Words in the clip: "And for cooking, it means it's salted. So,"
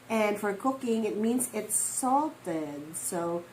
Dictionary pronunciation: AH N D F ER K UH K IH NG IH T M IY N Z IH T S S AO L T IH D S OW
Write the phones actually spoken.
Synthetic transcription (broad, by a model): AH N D F ER K UH K IH NG IH T M IY N Z IH T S S AO L T IH D S OW